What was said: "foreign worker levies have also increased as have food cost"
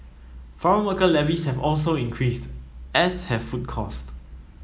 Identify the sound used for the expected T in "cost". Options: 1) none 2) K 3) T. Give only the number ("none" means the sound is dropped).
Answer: 3